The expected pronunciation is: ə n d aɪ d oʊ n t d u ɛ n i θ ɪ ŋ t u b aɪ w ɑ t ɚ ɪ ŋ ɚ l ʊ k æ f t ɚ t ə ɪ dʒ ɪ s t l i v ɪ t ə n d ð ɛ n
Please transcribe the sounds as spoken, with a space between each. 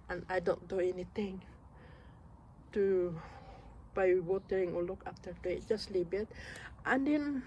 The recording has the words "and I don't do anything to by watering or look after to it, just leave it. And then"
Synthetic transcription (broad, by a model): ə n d aɪ d oʊ n t d u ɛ n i t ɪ ŋ t u b aɪ w ɑ t ɚ ɪ ŋ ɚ l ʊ k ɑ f t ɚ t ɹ ɪ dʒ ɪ s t l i b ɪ t ə n d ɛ n